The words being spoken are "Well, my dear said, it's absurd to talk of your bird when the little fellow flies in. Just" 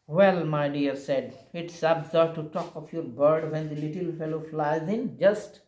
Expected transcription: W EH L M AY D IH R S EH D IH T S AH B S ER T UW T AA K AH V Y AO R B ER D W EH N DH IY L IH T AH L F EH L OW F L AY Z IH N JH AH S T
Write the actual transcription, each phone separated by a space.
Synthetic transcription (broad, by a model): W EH L M AY D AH R S EH D IH T S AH B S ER T UW T AA K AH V Y AO R B ER D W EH N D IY L IH T AH L F EH L OW F L AY Z IH N JH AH S T